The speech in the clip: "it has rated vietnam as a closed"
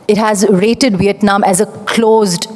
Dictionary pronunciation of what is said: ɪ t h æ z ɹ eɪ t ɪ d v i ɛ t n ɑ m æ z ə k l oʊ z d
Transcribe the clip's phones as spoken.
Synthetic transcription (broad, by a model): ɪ t h æ z ɹ eɪ t ɪ d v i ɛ t n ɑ m æ z ə k l oʊ z d